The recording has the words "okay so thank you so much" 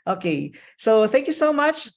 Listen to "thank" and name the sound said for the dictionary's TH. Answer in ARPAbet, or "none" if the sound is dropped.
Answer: TH